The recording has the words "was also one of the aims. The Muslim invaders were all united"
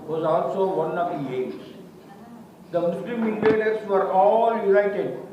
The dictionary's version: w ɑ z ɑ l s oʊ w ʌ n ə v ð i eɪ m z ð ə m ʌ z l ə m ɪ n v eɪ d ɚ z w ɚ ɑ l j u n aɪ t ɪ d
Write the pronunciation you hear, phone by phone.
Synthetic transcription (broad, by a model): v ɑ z ɑ l s oʊ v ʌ n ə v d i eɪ z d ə m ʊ s l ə m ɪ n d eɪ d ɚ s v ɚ ɑ l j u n aɪ t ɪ d